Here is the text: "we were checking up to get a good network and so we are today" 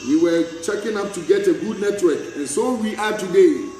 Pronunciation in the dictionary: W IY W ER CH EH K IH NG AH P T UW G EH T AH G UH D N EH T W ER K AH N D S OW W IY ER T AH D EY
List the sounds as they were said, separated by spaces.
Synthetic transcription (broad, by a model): W IY W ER CH EH K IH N AH P T UW G EH T AH G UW D N EH T W ER K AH N S OW W IY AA T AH D EY